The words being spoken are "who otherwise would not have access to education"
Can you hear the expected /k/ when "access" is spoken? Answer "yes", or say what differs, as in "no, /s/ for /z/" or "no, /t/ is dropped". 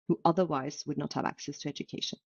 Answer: yes